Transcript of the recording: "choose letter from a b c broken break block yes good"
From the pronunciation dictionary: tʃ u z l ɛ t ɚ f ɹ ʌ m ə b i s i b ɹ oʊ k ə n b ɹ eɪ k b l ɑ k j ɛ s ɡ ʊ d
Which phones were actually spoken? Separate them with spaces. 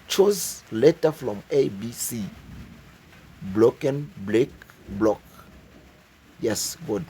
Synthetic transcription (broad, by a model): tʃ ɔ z l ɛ t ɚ f ɹ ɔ m ə b i s i b l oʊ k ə n b l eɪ k b l ɑ k j ɛ s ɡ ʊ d